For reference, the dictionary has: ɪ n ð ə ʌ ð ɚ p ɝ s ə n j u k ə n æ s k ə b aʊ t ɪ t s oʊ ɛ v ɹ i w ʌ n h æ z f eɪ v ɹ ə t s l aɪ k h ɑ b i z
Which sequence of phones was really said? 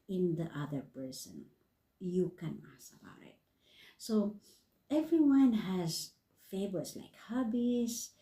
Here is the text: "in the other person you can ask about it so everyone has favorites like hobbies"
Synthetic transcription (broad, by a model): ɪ n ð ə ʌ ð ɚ p ɝ s ə n j u k ə n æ s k ə b aʊ t ɪ t s oʊ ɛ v ɹ i w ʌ n h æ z f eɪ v ə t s l aɪ k h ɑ b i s